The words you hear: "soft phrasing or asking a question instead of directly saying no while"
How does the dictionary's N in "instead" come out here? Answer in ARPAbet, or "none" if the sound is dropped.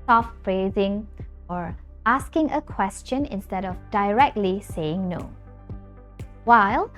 N